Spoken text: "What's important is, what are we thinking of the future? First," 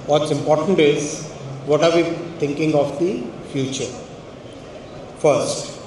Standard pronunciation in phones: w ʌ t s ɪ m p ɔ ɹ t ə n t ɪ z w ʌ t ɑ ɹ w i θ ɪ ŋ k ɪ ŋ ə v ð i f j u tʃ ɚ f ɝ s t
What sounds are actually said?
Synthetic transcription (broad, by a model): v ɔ t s ɪ m p ɔ ɹ t ə n t ɪ z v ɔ t ɑ ɹ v i t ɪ ŋ k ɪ ŋ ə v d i f j u tʃ ɚ f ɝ s t